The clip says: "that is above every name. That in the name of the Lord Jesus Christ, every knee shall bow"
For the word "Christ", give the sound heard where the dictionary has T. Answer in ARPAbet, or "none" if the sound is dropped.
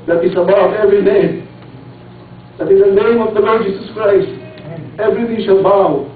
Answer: T